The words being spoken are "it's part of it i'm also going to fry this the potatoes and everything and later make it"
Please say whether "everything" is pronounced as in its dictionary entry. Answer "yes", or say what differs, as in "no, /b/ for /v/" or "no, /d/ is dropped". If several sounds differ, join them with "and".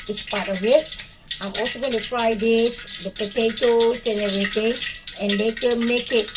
no, /v/ is dropped and /t/ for /θ/